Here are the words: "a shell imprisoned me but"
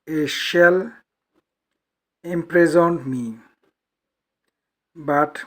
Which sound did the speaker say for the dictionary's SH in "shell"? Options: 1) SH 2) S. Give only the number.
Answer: 1